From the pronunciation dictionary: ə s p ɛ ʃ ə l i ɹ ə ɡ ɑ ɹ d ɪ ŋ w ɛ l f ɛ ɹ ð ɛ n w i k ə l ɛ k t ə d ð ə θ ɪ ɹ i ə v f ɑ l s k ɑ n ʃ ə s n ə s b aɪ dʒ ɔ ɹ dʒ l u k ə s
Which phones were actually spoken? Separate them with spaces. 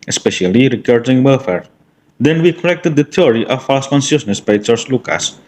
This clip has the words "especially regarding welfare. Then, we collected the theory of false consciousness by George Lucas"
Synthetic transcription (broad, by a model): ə s p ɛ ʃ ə l i ɹ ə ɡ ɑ ɹ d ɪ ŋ w ɛ l f ɛ ɹ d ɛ n w i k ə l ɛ k t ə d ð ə t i ɹ i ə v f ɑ s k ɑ n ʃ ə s n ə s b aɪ tʃ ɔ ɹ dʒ l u k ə s